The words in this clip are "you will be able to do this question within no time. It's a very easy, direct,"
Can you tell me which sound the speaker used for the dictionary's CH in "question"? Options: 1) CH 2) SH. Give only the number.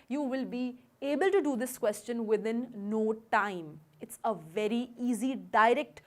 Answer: 1